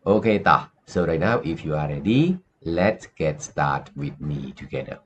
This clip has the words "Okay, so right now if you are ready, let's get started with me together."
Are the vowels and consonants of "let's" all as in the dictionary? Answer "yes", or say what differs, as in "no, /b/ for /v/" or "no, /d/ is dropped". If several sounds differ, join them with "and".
yes